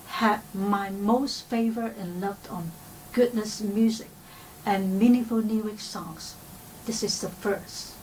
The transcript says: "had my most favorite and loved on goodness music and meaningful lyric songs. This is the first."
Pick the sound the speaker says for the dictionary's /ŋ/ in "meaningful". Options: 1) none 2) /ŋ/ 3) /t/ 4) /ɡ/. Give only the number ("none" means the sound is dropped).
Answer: 1